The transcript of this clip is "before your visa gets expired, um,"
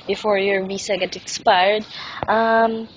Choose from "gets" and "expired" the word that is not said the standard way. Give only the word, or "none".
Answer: gets